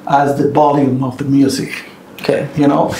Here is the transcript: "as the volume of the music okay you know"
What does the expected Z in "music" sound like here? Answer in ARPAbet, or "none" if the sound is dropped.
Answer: Z